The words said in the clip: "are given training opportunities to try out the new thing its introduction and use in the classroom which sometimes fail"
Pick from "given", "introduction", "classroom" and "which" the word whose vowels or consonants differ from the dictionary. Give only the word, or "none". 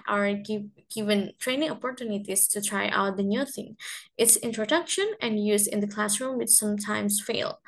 none